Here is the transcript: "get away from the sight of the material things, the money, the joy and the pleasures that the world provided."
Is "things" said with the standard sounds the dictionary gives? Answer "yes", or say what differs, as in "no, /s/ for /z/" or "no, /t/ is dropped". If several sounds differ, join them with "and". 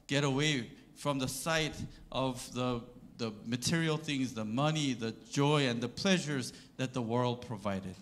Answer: yes